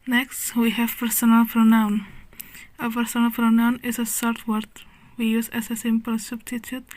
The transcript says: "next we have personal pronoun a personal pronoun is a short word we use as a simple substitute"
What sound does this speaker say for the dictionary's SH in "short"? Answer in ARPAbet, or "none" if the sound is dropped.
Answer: S